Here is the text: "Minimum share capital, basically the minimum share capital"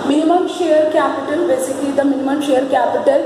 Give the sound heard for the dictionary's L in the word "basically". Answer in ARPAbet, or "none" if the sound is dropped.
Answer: none